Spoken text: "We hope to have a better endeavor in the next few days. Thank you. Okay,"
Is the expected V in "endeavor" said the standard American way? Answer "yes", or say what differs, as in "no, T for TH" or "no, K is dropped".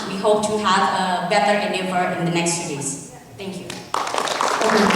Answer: no, F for V